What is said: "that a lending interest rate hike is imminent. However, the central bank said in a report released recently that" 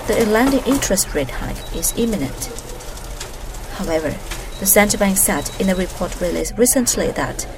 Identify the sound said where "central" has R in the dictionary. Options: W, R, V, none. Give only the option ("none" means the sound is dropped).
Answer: none